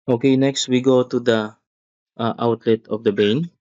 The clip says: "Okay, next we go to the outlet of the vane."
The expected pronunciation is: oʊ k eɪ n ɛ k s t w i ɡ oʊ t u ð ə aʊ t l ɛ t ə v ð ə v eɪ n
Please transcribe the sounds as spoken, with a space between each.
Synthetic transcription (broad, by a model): oʊ k eɪ n ɛ k s t w i ɡ oʊ t u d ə aʊ t l ɛ t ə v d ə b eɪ n